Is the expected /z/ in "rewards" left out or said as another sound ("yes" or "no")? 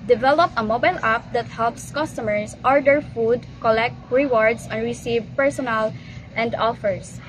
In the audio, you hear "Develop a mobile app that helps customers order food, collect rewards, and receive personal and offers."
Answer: yes